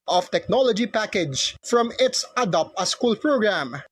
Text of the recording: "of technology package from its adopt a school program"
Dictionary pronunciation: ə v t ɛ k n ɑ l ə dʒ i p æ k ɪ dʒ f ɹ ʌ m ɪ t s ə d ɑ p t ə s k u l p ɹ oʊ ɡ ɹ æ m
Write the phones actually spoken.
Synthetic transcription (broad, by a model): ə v t ɛ k n ɑ l ə dʒ i p æ k ɪ dʒ f ɹ ʌ m ɪ t s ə d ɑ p ə s k u l p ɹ oʊ ɡ ɹ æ m